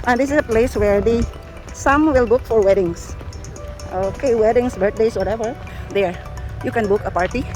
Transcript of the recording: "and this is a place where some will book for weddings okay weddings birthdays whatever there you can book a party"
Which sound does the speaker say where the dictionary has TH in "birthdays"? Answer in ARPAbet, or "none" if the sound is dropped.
T